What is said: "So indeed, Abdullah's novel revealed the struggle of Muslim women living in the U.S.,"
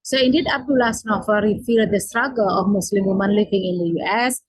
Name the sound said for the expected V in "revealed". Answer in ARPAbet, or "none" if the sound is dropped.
F